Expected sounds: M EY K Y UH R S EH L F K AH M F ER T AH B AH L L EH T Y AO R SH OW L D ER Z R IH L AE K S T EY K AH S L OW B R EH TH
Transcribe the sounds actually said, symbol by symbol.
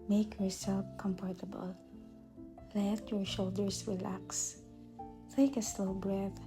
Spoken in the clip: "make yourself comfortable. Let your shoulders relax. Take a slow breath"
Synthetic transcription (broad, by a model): M EY K Y UH R S EH L F K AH M P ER T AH B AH L L EH T Y AO R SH OW L D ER S R IH L AE K S T EY K AH S L OW B R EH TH